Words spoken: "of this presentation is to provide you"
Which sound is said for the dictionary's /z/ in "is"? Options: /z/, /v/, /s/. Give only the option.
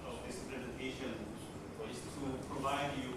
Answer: /s/